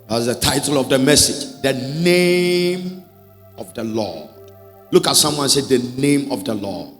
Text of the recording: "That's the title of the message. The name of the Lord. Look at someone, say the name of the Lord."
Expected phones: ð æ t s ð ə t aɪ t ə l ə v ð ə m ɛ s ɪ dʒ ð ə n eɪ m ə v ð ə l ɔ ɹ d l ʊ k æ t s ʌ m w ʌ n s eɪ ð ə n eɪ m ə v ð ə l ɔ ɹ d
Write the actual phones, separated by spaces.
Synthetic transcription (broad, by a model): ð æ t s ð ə t aɪ t ə l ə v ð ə m ɛ s ɪ dʒ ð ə n eɪ m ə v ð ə l ɔ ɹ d l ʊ k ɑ t s ʌ m w ʌ n s eɪ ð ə n eɪ m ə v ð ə l ɔ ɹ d